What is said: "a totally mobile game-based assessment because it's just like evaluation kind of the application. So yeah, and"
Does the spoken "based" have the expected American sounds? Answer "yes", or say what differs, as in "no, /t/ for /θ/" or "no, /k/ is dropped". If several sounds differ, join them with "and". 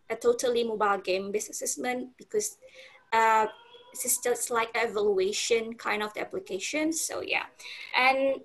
no, /t/ is dropped